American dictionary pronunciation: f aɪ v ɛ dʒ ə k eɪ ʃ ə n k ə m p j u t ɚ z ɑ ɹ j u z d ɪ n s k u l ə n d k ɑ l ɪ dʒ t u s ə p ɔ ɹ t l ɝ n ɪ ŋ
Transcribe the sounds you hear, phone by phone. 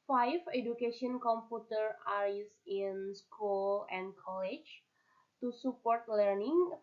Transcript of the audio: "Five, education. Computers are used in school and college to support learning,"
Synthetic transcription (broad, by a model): f aɪ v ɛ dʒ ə k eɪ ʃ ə n k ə m p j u t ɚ ɑ ɹ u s ɪ n s k u l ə n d k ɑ l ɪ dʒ t u s ə p ɔ ɹ t l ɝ n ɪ ŋ